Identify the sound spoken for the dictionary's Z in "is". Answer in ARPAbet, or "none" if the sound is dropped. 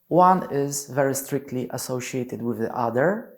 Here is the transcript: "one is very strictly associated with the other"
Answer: Z